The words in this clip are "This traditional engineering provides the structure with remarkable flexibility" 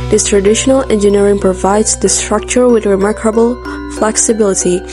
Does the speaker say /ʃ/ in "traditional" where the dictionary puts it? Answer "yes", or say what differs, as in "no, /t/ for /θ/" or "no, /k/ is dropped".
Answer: yes